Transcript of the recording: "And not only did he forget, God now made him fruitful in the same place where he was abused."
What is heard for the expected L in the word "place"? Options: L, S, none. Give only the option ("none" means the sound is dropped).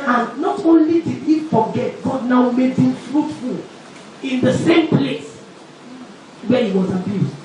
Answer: L